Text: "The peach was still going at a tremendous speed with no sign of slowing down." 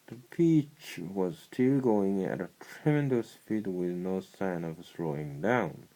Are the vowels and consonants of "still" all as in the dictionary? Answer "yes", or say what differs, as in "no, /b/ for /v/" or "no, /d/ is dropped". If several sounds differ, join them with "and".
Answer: yes